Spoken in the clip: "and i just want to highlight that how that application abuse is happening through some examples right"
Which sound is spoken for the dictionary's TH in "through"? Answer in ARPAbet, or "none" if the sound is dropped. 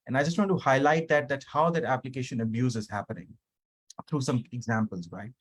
T